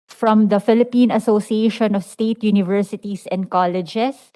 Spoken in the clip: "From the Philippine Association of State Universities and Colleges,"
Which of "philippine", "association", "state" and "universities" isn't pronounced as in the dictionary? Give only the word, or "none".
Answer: universities